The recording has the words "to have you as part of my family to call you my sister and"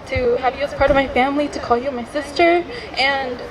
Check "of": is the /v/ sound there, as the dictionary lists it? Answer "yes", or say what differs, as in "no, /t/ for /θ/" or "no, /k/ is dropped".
yes